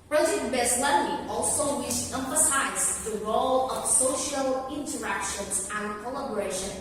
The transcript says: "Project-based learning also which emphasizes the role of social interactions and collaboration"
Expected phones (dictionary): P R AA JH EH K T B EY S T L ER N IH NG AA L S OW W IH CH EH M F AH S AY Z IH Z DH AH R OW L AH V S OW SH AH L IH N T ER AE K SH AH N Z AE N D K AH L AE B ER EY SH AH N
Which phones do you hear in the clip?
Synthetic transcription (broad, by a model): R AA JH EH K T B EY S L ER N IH AA L S OW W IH SH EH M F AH S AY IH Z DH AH R OW L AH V S OW SH AH L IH N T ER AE K SH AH N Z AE N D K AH L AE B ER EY SH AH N